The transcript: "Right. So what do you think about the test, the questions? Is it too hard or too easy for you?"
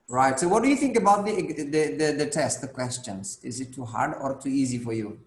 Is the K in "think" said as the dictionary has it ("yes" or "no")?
yes